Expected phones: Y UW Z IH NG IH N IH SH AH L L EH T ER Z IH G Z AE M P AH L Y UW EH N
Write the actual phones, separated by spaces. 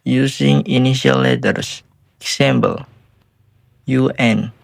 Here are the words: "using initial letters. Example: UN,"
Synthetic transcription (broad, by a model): Y UW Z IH NG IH N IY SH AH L L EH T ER S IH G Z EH M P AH L Y UW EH N